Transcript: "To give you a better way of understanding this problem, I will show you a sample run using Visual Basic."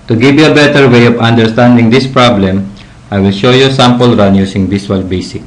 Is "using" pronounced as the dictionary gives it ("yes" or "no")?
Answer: no